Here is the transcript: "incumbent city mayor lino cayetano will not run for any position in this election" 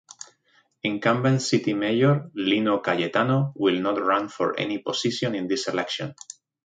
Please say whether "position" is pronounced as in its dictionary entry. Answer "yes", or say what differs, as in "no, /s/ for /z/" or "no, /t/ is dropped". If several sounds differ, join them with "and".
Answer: no, /s/ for /z/